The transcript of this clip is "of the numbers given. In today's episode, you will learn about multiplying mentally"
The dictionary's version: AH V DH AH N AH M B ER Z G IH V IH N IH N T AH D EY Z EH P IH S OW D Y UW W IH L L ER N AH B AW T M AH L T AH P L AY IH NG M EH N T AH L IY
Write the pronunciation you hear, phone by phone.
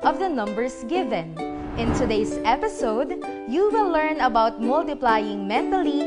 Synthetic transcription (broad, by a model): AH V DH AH N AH M B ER S G IH V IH N IH N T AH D EY S EH P IH S OW D Y UW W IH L L ER N AH B AW T M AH L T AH P L AY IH NG M EH N T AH L IY